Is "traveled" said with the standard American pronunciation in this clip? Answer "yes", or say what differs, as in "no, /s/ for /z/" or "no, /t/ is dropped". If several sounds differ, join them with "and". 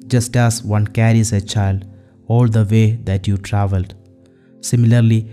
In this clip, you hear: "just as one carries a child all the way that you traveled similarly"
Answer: yes